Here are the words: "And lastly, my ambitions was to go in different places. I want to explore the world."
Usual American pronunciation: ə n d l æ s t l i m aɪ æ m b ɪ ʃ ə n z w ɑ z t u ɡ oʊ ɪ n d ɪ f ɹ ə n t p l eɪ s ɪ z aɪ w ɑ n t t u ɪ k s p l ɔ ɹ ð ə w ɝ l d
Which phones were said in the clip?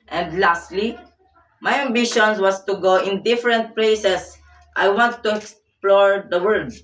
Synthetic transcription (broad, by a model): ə n d l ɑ s t l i m aɪ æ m b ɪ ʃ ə n s w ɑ s t u ɡ oʊ ɪ n d ɪ f ɹ ə n t p l eɪ s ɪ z aɪ w ɑ n t t u ɪ k s p l ɔ ɹ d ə w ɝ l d